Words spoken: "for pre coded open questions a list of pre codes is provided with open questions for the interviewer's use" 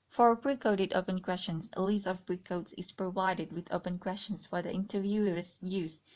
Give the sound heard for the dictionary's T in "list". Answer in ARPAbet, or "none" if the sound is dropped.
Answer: none